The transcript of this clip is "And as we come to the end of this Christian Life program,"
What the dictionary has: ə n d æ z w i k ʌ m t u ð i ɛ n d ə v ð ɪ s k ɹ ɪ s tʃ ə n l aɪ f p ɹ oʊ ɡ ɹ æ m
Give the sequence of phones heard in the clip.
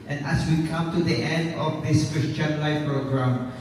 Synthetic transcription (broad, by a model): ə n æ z w i k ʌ m t u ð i ɛ n d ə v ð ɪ s k ɹ ɪ s tʃ ə n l aɪ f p ɹ oʊ ɡ ɹ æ m